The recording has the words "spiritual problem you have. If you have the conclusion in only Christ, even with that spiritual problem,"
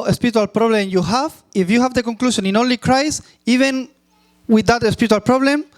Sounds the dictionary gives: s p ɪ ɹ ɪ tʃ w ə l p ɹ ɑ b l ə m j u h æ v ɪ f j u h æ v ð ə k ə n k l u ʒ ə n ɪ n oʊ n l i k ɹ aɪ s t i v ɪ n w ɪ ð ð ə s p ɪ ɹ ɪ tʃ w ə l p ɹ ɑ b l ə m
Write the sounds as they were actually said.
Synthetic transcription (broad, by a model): s p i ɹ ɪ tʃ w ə l p ɹ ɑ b l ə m j u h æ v ɪ f j u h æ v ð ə k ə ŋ k l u ʃ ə n ɪ n oʊ n l i k ɹ aɪ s i v ɪ n w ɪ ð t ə s p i ɹ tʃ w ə l p ɹ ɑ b l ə m